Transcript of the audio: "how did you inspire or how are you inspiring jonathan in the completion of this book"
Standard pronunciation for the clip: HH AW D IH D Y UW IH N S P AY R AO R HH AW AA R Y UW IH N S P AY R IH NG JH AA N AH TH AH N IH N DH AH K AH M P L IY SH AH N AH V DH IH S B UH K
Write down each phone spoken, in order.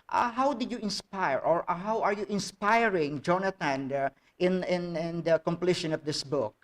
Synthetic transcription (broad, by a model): HH AW D IH D Y UW IH N S P AY R AO R HH AW AA R Y UW IH N S P AY R IH NG JH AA N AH T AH N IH N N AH K AH M P L IY SH AH N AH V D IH S B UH K